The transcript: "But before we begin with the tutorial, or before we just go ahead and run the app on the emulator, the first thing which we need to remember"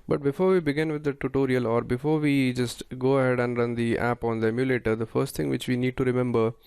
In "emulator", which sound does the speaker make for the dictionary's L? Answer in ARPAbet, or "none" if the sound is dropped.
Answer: L